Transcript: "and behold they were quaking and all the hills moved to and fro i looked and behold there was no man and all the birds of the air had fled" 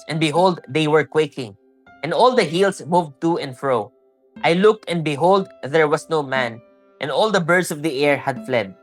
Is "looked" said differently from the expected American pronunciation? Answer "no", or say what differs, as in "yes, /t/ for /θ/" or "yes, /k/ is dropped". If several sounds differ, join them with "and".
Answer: no